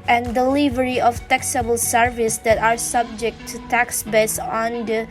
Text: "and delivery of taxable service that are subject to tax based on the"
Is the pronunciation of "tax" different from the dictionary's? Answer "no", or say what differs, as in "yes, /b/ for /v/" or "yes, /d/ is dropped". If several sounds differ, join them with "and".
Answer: no